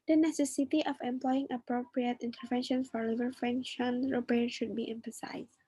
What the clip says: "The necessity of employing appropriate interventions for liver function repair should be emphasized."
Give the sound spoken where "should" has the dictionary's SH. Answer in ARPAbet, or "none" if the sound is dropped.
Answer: SH